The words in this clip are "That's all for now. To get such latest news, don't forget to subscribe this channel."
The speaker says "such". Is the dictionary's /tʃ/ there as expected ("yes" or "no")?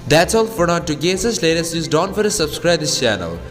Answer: no